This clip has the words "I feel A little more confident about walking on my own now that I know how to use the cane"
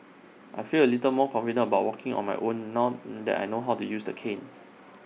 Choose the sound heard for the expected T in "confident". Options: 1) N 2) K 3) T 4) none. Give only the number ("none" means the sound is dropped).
4